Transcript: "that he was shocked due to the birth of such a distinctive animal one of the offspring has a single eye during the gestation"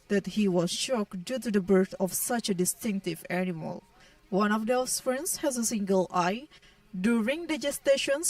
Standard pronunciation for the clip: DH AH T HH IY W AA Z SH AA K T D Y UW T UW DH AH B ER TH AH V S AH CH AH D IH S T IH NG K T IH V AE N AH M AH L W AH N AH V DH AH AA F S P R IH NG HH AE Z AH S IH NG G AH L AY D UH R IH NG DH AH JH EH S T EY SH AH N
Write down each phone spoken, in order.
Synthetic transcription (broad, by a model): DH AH T HH IY W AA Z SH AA K D Y UW T UW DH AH B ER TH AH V S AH CH AH D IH S T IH NG K T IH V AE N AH M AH L W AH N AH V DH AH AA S F R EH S HH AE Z AH S IH NG G AH L AY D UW R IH NG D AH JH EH S T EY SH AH N